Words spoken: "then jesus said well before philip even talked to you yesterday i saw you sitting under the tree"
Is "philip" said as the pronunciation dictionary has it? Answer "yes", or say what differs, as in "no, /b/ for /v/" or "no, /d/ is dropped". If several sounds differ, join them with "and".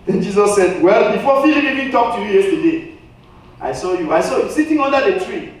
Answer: no, /p/ is dropped